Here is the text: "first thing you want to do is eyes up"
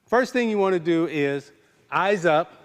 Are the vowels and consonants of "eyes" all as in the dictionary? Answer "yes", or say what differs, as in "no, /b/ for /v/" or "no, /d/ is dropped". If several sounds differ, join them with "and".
yes